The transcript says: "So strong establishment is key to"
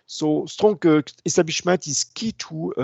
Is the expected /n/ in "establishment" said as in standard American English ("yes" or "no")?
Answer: no